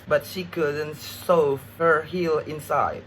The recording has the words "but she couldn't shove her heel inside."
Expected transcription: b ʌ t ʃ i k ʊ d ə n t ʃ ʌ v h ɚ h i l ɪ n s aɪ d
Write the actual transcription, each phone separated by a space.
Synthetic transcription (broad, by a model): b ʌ t ʃ i k ʊ d ə n t s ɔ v h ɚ h i l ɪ n s aɪ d